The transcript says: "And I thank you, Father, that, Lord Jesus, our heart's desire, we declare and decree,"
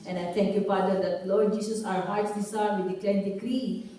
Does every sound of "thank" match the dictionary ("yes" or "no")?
no